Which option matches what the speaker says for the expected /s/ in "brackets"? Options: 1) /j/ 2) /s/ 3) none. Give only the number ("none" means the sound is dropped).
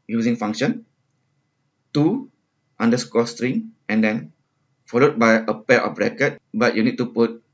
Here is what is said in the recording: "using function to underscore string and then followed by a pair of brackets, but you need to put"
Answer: 3